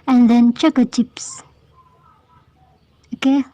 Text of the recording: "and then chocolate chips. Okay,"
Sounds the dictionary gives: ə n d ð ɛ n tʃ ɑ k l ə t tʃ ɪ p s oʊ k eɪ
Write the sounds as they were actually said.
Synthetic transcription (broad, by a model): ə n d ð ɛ n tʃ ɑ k ə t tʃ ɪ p s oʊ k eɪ